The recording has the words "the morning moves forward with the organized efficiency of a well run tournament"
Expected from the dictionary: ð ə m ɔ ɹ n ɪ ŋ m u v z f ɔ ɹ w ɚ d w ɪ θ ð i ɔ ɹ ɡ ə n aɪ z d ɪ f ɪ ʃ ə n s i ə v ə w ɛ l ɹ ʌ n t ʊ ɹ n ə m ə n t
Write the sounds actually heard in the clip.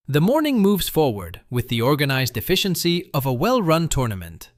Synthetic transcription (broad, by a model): ð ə m ɔ ɹ n ɪ ŋ m u v z f ɔ ɹ w ɚ d w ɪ ð i ɔ ɹ ɡ ə n aɪ z d ɪ f ɪ ʃ ə n s i ə v ə w ɛ l ɹ ʌ n t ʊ ɹ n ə m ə n t